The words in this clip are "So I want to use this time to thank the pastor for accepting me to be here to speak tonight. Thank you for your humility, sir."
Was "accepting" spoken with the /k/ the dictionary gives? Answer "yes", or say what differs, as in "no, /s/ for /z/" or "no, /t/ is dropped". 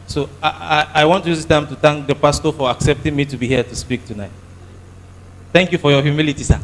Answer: yes